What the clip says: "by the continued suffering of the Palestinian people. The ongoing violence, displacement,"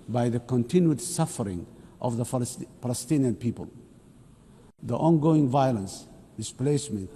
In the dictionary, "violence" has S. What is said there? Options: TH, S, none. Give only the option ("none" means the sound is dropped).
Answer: S